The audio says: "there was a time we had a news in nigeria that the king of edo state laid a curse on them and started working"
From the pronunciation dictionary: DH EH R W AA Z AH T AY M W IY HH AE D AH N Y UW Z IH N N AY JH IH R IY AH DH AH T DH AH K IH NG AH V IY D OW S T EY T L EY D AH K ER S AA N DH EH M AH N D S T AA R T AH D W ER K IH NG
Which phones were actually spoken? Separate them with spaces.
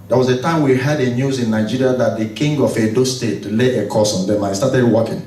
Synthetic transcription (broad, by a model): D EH W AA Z AH T AY M W IY HH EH D AH N Y UW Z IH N N AY JH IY R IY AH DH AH T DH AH K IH NG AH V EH D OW S T EY T L EY AH K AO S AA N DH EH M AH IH S T AA T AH D W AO K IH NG